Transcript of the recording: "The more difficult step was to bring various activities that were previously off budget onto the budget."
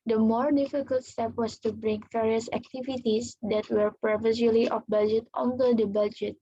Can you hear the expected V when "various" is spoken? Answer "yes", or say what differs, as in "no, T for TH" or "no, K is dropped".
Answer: no, F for V